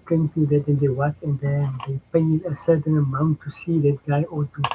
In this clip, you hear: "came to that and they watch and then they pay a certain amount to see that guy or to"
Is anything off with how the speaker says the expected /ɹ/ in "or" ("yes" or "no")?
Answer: yes